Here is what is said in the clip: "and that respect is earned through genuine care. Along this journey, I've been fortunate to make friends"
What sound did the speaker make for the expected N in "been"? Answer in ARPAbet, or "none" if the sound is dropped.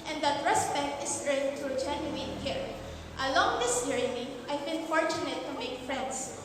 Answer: L